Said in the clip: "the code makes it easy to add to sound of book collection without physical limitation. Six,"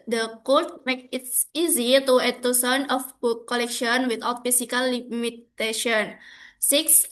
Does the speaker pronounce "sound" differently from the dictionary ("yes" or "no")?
yes